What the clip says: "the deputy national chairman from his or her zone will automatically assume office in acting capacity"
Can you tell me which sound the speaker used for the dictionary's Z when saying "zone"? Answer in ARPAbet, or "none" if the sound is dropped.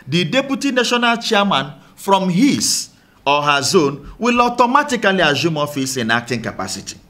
Z